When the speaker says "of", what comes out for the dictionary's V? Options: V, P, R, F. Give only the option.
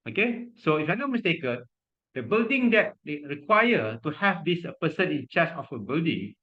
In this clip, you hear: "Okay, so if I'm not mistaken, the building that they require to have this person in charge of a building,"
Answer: F